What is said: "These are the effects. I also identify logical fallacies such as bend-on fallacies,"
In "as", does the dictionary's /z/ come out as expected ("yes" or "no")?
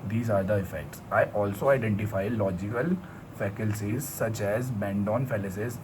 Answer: yes